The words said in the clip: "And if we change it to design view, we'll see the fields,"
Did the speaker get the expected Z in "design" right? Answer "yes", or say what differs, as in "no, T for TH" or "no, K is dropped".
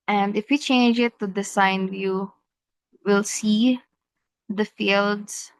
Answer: no, S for Z